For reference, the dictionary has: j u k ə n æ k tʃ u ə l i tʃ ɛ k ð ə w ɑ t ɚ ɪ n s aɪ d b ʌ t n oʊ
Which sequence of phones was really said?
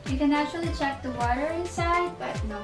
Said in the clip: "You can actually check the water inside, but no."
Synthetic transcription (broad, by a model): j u k ə n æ tʃ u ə l i tʃ ɛ k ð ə w ɑ t ɚ ɪ n s aɪ d b ʌ t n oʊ